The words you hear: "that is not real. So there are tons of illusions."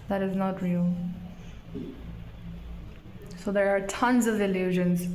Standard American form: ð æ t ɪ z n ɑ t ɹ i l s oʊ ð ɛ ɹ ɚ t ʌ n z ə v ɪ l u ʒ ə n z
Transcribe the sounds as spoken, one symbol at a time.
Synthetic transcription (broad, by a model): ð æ t ɪ z n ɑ t ɹ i l s oʊ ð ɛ ɹ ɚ t ʌ n z ə v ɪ l u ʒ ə n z